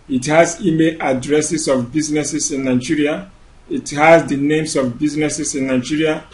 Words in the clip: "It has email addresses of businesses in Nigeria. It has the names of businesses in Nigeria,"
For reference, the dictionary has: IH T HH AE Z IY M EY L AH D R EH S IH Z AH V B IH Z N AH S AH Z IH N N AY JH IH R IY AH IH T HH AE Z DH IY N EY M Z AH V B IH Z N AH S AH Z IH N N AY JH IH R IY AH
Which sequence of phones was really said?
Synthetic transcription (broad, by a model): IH T HH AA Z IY M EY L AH D R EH S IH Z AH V B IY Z N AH S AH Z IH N N AY JH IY R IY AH IH T HH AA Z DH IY N EY M S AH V B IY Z N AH S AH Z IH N N AY JH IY R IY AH